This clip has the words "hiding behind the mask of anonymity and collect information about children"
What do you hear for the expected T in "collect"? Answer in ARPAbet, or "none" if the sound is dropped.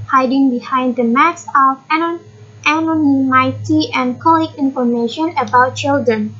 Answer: none